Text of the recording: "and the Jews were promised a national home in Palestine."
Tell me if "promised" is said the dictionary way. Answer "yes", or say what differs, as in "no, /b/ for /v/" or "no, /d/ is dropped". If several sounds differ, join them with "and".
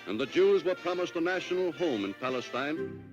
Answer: yes